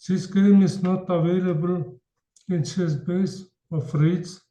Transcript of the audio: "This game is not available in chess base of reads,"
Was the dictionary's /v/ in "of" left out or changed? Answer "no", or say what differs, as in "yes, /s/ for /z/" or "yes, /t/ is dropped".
yes, /f/ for /v/